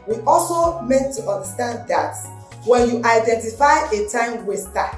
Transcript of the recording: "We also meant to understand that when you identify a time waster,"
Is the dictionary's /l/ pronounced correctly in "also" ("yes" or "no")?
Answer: yes